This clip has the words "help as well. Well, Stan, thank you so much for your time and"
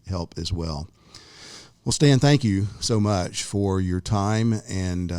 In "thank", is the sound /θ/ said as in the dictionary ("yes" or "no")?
yes